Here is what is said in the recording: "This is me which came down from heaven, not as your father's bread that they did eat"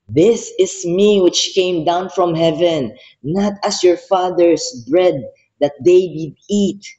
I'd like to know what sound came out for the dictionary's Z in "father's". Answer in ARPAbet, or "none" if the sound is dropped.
S